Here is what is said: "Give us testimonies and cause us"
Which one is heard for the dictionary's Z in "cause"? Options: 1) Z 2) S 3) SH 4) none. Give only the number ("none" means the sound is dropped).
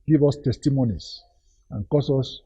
2